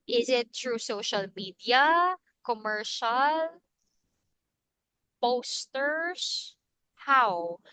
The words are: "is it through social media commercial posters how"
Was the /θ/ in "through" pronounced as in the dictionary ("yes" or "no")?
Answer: no